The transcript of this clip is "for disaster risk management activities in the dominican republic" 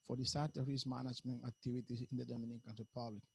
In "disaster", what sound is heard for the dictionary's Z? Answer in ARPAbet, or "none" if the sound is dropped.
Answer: S